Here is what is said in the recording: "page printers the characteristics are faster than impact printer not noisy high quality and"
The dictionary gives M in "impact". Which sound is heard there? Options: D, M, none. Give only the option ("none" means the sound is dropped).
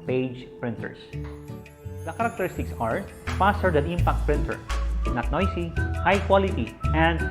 M